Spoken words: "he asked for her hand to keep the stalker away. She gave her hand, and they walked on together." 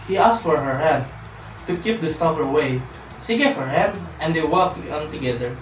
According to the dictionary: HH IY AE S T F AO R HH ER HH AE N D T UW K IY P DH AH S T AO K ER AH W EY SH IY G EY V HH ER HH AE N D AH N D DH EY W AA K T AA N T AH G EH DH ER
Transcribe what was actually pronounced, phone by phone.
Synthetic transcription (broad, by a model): HH IY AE S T F AO R HH ER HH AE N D T UW K IY P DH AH S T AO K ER W EY S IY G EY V HH ER HH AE N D AH N D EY W AA K T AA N T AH G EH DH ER